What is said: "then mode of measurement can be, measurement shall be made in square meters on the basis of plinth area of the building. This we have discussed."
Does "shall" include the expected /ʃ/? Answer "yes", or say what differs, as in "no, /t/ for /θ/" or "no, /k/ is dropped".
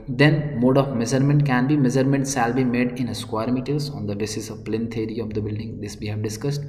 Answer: no, /s/ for /ʃ/